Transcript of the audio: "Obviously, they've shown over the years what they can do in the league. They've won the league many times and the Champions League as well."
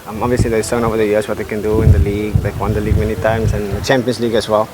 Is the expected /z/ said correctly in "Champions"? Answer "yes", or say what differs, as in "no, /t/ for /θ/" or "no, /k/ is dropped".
no, /s/ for /z/